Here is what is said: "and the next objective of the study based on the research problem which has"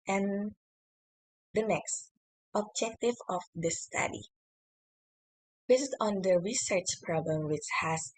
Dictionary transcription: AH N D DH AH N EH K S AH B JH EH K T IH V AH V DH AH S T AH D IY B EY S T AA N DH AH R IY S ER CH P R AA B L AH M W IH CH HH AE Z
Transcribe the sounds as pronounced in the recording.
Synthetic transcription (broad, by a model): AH N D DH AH N EH K S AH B JH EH K T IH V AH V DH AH S T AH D IY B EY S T AA N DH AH R IY S ER CH P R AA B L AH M W IH CH HH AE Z